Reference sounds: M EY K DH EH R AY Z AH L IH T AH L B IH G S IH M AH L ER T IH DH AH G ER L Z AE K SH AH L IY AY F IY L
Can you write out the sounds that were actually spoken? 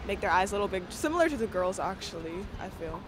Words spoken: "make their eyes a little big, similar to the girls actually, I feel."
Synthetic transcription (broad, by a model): M EY K DH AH R AY Z L IH T L B IH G S IH M L ER T IH DH AH G ER L Z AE K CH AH L IY AY F IY L